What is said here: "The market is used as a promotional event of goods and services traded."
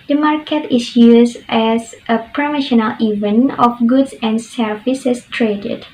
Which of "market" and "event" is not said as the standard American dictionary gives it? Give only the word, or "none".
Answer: event